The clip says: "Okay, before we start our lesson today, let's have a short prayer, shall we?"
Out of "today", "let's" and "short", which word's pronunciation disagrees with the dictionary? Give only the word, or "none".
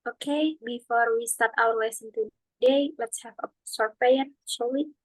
short